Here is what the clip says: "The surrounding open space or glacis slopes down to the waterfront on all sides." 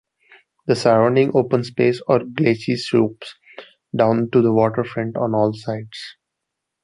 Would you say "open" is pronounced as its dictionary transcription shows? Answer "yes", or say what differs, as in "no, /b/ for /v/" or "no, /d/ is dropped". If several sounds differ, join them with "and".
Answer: yes